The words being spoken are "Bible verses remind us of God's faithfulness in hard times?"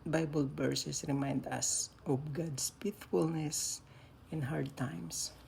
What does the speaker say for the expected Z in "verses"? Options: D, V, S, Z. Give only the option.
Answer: S